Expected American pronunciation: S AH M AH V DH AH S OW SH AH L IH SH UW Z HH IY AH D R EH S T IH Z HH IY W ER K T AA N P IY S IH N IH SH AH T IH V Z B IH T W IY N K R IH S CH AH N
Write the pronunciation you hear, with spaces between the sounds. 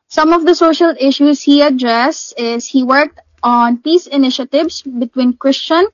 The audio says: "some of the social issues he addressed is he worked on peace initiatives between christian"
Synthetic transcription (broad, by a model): S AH M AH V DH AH S OW SH AH L IH SH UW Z HH IY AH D R EH S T IH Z HH IY W ER K T AA N P IY S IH N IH SH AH T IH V S B IH T W IY N K R IH S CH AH N